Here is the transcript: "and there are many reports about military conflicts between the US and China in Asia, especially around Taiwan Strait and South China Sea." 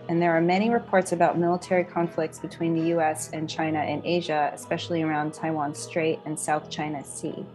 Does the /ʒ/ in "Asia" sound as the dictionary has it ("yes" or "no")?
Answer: yes